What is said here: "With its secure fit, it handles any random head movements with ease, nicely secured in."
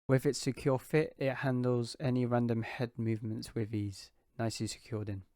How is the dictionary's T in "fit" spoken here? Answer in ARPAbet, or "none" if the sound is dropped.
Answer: T